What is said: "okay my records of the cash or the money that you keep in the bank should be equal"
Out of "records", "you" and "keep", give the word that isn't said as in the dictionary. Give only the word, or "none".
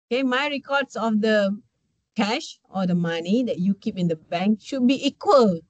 records